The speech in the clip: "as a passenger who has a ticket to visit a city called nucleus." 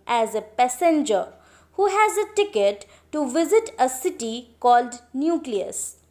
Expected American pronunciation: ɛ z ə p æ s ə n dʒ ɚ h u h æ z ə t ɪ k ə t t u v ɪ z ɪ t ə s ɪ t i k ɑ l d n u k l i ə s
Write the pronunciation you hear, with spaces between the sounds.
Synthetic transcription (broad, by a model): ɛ z ə p æ s ə n dʒ ɚ h u h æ z ə t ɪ k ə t t u v ɪ z ɪ t ə s ɪ t i k ɑ l d n u k l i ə s